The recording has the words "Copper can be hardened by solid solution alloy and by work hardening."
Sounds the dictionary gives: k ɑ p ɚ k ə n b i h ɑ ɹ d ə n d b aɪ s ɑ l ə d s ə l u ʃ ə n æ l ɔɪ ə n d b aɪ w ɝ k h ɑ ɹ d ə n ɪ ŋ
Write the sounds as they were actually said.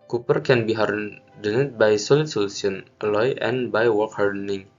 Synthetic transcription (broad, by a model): k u p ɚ k ə n b i h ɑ ɹ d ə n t b aɪ s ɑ l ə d s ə l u s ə n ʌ l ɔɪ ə n b aɪ w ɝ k h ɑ ɹ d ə n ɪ ŋ